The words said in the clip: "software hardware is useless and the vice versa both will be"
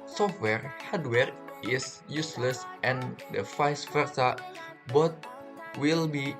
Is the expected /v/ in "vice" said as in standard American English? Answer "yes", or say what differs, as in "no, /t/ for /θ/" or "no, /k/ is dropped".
no, /f/ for /v/